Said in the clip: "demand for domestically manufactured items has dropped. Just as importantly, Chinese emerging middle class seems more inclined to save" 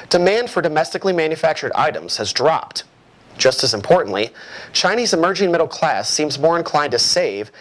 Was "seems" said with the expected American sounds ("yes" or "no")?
yes